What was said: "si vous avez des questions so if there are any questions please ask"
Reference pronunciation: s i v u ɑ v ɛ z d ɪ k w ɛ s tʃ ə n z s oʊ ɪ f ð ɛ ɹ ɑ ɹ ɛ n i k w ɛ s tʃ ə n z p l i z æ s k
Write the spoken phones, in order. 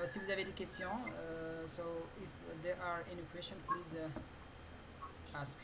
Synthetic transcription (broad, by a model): s i v u ɑ v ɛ d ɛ k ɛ s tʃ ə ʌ s oʊ ɪ f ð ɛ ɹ ɑ ɹ ɛ n i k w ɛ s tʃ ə n p l i z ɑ s k